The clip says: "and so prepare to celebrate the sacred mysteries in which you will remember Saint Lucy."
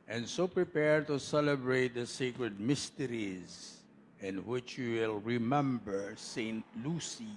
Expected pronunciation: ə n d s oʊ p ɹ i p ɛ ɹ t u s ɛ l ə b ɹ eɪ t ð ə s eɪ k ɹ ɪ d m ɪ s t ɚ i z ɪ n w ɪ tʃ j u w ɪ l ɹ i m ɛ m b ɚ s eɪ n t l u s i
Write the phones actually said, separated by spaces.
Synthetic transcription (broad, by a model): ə n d s oʊ p ɹ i p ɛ ɹ t u s ɛ l ə b ɹ eɪ t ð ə s eɪ k ɹ ɪ d m ɪ s t ɚ i z ɪ n w ɪ tʃ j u w ɪ l ɹ i m ɛ m b ɚ s eɪ n t l u s i